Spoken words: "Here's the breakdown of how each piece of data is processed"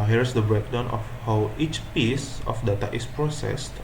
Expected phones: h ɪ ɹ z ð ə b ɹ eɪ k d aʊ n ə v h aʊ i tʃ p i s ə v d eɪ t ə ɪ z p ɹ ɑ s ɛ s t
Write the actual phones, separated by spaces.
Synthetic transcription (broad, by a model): h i ɹ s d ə b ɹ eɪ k d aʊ n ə f h aʊ i tʃ p i s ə f d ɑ t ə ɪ s p ɹ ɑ s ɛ s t